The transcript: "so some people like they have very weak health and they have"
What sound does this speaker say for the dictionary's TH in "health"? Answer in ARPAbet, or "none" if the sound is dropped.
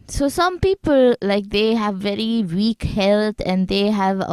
T